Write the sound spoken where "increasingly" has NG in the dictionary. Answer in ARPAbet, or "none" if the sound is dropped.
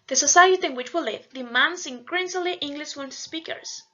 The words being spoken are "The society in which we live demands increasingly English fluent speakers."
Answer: none